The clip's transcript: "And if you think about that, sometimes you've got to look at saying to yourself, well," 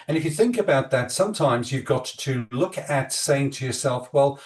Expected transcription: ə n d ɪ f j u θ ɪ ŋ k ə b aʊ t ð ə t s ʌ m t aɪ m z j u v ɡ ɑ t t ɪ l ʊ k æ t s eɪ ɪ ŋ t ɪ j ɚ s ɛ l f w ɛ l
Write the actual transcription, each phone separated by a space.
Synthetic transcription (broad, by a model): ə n ɪ f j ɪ θ ɪ ŋ k ə b aʊ t ð ə t s ʌ m t aɪ m z j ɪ v ɡ ɑ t t ɪ l ʊ k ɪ t s eɪ ɪ ŋ t ɪ j ɚ s ɛ l f w ɛ l